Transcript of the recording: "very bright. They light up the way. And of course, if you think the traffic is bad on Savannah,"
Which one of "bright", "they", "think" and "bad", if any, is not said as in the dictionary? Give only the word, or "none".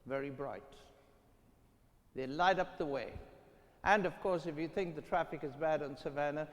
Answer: none